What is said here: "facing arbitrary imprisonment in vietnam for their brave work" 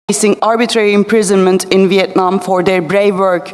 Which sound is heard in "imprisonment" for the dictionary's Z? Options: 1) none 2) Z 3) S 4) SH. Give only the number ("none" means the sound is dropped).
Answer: 2